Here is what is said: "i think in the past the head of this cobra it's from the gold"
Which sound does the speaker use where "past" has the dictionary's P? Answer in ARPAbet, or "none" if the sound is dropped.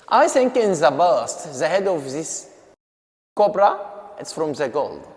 B